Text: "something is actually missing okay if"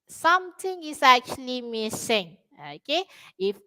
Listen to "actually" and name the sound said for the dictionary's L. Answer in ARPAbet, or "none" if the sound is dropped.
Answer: L